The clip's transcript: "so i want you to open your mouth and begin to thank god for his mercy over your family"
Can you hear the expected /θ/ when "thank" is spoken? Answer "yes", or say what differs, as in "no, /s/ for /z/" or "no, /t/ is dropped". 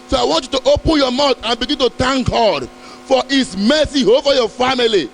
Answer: no, /t/ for /θ/